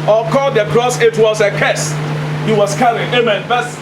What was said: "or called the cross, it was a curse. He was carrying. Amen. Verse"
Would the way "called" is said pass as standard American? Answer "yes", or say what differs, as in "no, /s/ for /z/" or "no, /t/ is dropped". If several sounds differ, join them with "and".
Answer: no, /l/ is dropped